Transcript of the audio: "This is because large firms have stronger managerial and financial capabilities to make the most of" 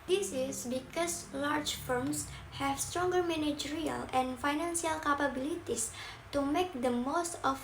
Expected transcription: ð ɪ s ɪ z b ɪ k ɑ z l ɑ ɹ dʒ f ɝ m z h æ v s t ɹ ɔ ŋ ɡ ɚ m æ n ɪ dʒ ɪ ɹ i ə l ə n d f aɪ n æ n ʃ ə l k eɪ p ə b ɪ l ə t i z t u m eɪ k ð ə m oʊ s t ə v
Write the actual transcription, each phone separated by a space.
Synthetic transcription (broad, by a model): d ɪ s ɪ s b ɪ k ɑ s l ɑ ɹ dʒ f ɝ m s h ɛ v s t ɹ ɔ ŋ ɡ ɚ m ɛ n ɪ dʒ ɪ ɹ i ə l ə n f aɪ n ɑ n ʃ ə l k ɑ p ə b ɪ l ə t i s t u m eɪ k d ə m oʊ s t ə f